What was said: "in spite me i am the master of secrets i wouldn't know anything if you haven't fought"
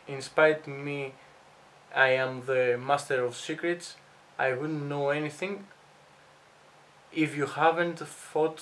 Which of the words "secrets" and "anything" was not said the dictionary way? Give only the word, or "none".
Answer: none